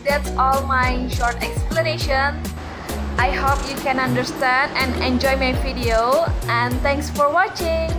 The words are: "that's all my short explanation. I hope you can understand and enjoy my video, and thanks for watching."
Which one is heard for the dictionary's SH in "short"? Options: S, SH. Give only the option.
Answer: SH